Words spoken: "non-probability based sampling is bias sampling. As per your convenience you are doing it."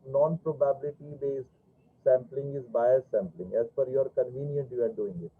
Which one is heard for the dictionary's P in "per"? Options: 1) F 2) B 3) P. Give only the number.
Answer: 1